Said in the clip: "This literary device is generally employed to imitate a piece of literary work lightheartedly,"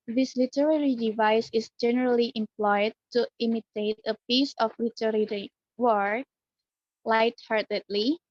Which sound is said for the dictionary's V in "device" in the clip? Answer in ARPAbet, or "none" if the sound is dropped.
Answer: V